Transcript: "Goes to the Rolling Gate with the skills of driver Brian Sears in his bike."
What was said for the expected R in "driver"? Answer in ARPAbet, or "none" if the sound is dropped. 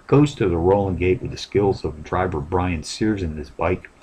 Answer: R